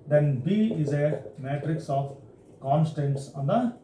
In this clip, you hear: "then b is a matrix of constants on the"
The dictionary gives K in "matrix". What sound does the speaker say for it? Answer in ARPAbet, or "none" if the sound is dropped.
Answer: K